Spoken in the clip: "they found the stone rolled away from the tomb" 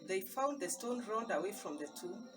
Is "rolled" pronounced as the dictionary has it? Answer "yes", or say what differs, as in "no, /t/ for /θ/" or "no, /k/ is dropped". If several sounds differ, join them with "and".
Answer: no, /n/ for /l/